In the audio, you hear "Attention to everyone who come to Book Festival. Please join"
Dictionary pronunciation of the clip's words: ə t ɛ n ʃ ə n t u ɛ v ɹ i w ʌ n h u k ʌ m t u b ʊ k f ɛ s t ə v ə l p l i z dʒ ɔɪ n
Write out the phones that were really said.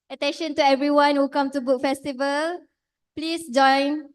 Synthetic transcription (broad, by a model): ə t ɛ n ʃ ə n t u ɛ v ɹ i w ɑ n h u k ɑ m t u b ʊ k f ɛ s t ə v ə l p l i s dʒ ɔɪ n